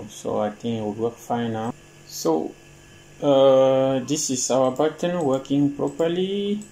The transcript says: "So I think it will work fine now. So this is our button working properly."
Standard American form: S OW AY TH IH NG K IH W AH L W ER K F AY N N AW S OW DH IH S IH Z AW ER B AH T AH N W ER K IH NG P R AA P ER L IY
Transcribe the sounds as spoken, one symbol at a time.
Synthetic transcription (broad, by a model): S OW AY T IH NG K IH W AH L W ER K F AY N N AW S OW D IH S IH S AW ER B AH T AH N W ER K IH NG P R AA P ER L IY